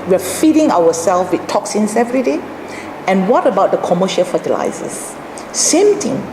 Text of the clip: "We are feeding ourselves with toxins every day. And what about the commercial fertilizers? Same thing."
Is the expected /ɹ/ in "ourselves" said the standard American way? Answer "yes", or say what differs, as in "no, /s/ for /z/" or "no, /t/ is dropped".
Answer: no, /w/ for /ɹ/